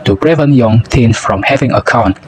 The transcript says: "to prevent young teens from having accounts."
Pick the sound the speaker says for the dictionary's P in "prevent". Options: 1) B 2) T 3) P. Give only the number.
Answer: 1